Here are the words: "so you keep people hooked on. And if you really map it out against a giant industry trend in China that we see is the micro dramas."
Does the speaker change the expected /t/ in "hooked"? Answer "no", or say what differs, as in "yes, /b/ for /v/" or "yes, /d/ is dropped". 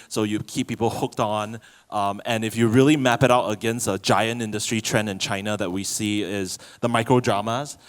no